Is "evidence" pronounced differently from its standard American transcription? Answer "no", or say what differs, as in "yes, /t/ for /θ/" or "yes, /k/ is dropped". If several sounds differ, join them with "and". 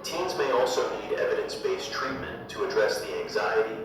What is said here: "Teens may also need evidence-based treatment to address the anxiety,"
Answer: no